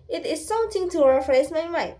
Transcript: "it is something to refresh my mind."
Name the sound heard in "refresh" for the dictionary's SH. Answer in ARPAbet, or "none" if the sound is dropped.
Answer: S